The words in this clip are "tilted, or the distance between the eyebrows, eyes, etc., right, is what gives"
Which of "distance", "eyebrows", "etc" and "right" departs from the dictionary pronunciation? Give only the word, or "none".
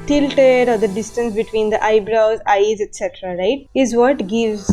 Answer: none